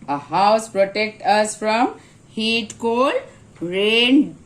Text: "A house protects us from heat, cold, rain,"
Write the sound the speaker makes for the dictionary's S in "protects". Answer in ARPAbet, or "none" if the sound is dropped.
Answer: none